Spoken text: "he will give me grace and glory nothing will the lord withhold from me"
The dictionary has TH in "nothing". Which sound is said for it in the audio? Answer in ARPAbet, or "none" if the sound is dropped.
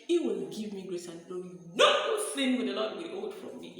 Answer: S